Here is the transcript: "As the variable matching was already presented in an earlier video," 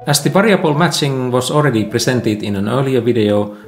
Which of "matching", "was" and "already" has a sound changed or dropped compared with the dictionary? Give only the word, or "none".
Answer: was